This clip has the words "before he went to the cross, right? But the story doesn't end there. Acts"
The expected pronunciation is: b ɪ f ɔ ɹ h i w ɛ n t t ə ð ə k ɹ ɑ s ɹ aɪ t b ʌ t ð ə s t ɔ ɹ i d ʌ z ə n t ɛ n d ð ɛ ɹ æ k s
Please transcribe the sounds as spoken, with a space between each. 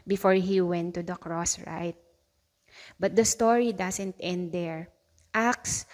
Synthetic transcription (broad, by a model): b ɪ f ɔ ɹ h i w ɛ n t t ə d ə k ɹ ɑ s ɹ aɪ t b ʌ t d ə s t ɔ ɹ i d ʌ s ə n t ɛ n d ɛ ɹ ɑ k s